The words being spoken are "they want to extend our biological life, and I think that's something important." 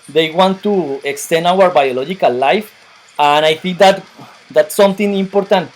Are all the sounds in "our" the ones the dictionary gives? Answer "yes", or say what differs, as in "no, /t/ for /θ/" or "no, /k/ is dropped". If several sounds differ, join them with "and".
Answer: yes